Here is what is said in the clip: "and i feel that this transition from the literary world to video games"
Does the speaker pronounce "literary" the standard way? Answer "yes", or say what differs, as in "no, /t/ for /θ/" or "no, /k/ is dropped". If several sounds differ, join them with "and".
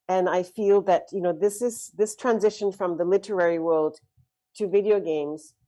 yes